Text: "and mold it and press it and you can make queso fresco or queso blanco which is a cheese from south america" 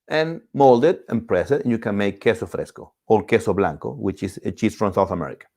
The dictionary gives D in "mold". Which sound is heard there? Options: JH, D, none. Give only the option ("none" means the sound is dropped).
D